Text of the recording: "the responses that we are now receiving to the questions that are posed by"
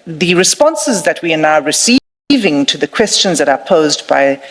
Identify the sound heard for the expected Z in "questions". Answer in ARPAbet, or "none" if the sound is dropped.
Z